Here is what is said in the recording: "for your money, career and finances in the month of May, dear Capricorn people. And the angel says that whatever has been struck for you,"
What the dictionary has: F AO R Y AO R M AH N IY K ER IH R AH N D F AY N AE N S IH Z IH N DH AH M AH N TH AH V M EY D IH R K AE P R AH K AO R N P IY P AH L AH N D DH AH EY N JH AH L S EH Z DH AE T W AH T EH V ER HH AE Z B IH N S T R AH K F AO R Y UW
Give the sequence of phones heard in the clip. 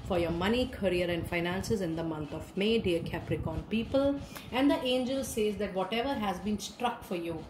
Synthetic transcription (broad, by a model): F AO R Y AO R M AH N IY K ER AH R AH N D F AY N AE N S IH Z IH N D AH M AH N T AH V M EY D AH R K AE P R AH K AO N P IY P AH L AH N D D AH EY N JH AH L S EH Z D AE T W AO T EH V ER HH AE Z B IH N S T R AH K F AO R Y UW